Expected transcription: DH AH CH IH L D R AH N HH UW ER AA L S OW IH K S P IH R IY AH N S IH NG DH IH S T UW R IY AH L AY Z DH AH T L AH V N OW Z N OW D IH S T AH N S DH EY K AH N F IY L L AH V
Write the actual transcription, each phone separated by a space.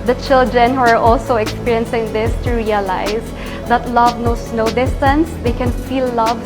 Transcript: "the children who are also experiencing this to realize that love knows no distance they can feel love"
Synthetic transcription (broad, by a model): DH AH CH IH L D R AH N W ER AA L S OW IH K S P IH R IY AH N S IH NG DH IH S T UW R IY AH L AY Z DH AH T L AH V N OW S N OW D IH S T AH N S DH EY K AH N F IY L L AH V